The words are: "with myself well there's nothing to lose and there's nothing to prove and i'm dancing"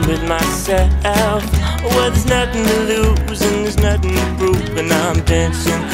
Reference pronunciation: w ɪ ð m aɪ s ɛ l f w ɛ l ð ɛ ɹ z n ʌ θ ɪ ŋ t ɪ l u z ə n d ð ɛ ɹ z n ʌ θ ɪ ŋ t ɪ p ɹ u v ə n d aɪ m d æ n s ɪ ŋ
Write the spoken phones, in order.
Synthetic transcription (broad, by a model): w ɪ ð m aɪ s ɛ l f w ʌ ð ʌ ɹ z n ʌ θ ɪ ŋ t ɪ l u z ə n ð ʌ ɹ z n ʌ θ ɪ ŋ t ɪ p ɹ u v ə n aɪ m d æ n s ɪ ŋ